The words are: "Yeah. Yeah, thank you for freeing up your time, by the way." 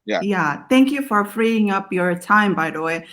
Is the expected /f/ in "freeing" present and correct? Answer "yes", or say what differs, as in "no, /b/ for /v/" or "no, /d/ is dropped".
yes